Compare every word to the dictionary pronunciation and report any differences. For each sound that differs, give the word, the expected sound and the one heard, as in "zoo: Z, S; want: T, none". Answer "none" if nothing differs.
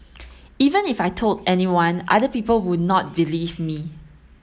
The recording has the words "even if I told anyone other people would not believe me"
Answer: none